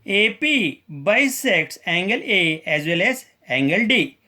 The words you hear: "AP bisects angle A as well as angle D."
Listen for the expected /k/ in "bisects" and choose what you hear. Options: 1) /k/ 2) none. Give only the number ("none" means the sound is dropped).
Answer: 1